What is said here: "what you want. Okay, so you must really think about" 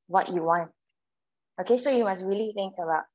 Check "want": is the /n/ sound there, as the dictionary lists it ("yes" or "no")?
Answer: yes